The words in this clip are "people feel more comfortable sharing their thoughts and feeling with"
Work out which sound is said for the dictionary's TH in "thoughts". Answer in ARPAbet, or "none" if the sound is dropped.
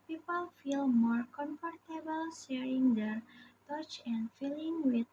T